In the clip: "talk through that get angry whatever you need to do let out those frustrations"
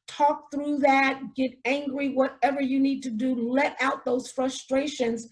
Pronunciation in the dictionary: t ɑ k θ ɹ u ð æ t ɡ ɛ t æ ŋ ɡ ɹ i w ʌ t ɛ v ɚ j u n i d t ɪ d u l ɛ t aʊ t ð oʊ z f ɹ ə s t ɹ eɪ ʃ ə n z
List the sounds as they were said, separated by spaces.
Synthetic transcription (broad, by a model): t ɑ k θ ɹ u ð æ t ɡ ɛ t æ ŋ ɡ ɹ i w ʌ t ɛ v ɚ j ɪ n i d t ɪ d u l ɛ t aʊ t ð oʊ z f ɹ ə s t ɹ eɪ ʃ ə n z